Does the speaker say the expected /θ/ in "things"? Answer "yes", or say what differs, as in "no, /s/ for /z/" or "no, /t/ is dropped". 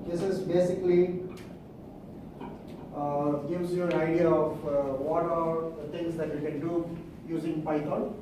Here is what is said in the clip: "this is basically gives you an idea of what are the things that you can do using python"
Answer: no, /t/ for /θ/